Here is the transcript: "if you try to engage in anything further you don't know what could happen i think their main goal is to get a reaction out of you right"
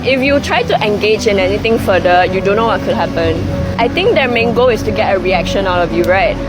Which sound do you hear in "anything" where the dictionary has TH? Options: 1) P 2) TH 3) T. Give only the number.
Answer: 3